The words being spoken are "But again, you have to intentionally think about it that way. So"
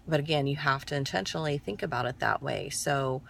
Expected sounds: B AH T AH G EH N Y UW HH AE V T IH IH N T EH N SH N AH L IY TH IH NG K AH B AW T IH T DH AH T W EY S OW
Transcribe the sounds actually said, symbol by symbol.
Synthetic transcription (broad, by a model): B AH T AH G EH N Y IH HH AE F T IH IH N T EH N SH N L IY TH IH NG K AH B AW T IH T DH AH T W EY S OW